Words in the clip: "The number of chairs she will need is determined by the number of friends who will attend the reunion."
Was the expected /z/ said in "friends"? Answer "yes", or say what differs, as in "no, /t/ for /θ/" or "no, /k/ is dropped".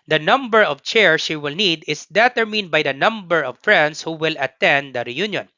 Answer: no, /s/ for /z/